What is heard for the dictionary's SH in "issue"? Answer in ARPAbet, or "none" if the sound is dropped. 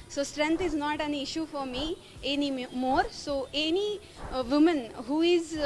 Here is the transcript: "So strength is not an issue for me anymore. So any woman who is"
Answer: SH